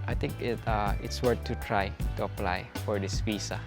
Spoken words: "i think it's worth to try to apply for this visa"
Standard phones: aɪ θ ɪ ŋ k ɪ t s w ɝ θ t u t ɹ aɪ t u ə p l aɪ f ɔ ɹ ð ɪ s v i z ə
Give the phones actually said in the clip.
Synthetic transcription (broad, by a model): aɪ t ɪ ŋ k ɪ t s w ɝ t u t ɹ aɪ t u ə p l aɪ f ɔ ɹ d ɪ s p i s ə